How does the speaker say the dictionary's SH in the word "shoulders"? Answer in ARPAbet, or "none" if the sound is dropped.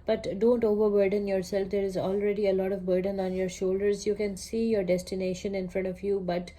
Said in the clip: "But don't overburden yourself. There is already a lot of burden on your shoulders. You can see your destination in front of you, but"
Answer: SH